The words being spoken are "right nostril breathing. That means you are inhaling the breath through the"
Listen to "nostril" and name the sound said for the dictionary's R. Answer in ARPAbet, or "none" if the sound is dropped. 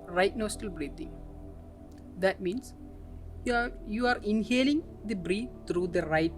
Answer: none